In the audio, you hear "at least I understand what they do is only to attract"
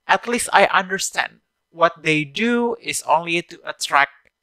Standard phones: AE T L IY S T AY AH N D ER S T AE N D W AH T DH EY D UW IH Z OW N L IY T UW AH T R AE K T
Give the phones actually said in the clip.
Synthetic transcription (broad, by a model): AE T L IY S T AY AH N D ER S T AE N D W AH T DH EY D UW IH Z OW N L IY T UW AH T R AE K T